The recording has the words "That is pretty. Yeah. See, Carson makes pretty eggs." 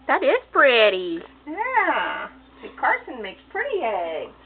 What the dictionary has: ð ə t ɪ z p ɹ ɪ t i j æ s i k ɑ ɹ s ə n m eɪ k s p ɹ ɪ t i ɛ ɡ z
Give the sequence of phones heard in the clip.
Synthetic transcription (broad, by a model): ð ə t ɪ z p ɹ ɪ t i j æ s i k ɑ ɹ s ə n m eɪ k s p ɹ ɪ t i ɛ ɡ